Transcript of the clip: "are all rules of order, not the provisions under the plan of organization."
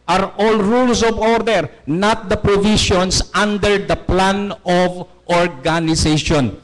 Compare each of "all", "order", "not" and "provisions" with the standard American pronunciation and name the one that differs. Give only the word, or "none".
provisions